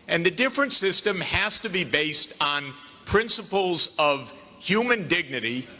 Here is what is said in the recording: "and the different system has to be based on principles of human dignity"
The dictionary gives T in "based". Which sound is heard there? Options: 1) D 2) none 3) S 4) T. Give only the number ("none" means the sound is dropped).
4